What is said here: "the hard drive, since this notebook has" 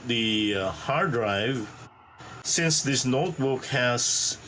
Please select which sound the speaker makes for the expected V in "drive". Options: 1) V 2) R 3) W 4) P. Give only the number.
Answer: 1